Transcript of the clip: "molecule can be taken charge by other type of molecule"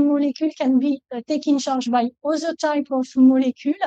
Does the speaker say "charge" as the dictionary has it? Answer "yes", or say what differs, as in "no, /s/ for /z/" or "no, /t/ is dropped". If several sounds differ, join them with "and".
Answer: no, /ʃ/ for /tʃ/ and /ʒ/ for /dʒ/